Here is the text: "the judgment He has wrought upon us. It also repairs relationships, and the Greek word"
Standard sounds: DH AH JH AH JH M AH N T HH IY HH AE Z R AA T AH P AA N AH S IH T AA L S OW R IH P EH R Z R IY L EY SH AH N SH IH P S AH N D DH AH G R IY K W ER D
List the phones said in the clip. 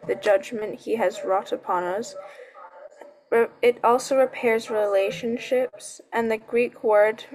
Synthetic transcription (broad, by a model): DH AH JH AH JH M AH N T HH IY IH Z R AA T AH P AA N AH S IH T AA L S OW R IH P EH R Z R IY L EY SH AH N SH IH P S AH N DH AH G R IY K W ER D